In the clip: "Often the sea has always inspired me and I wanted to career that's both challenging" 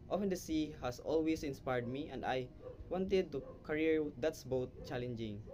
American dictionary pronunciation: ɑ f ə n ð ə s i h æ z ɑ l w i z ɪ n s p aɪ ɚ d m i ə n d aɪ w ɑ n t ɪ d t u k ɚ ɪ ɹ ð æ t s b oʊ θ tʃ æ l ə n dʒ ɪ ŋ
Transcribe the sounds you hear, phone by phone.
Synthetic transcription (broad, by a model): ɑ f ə n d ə s i h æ s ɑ l w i s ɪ n s p aɪ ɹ d m i ə n d aɪ w ɑ n t ɪ d t u k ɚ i ɹ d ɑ t s b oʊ t tʃ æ l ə n dʒ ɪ ŋ